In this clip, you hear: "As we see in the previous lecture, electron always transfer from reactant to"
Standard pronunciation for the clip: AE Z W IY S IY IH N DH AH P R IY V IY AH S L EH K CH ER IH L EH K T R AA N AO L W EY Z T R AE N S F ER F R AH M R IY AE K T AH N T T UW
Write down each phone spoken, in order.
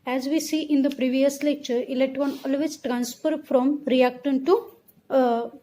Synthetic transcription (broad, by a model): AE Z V IY S IY IH N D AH P R IY V IY AH S L EH K CH ER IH L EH T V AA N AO L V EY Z T R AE N S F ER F R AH M R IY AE K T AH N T T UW